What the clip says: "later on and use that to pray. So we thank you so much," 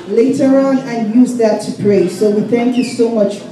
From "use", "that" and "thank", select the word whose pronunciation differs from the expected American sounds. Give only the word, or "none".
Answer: none